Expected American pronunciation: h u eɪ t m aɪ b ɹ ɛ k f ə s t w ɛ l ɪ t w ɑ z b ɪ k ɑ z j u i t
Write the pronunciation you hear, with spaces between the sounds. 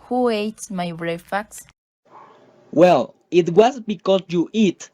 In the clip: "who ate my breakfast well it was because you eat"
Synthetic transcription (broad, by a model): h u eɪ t m aɪ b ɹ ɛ f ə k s w ɛ l ɪ t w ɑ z b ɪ k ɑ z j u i t